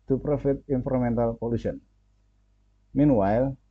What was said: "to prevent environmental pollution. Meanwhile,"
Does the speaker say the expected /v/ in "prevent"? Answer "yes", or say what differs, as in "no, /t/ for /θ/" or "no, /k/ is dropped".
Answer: no, /f/ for /v/